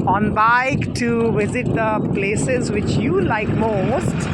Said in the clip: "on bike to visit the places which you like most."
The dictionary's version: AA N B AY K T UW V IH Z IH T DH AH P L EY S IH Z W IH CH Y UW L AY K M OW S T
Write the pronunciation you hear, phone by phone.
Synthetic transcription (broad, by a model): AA N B AY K T UW V IH Z IH T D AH P L EY S IH Z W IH CH Y UW L AY K M OW S T